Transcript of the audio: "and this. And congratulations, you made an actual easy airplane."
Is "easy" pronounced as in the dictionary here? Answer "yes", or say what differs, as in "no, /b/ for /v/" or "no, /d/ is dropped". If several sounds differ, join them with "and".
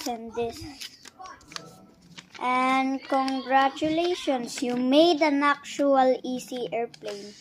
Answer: no, /s/ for /z/